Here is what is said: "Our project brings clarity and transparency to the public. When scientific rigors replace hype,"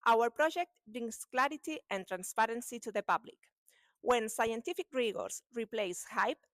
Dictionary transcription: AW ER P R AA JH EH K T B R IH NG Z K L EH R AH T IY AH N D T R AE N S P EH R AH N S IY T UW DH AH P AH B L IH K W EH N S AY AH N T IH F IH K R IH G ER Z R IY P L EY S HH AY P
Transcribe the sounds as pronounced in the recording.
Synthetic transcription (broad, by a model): AW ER P R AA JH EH K T B R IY NG S K L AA R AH T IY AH N T R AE N S P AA R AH N S IY T UW DH AH P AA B L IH K W EH N S AY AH N T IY F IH K R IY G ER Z R IY P L EY S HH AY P